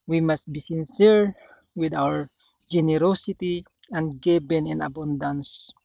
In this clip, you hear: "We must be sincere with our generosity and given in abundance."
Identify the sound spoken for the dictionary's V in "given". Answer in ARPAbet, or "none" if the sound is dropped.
B